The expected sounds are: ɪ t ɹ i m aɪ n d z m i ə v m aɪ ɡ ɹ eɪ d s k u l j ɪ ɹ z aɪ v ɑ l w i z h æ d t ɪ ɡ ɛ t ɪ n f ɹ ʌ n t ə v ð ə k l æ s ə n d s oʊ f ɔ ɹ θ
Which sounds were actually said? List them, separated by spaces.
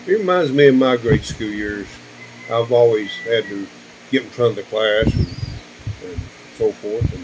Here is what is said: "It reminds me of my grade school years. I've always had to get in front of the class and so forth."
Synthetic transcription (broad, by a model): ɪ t ɹ i m aɪ n d z m i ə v m aɪ ɡ ɹ eɪ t s k u l j ɪ ɹ z aɪ v ɑ l w i z h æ d t ɪ ɡ ɛ t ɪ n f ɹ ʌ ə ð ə k l æ s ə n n s oʊ f ɔ ɹ θ